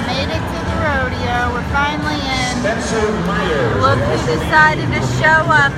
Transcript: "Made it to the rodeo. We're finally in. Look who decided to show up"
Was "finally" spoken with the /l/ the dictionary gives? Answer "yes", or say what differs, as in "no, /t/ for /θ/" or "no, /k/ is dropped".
no, /n/ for /l/